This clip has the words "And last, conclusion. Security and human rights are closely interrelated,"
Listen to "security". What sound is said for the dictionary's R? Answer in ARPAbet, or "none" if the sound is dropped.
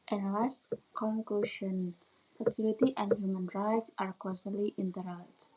L